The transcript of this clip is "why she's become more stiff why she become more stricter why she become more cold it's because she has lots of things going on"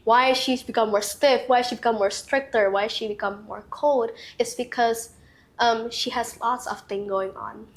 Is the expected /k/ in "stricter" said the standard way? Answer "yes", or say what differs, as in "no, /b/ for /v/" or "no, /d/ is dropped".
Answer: yes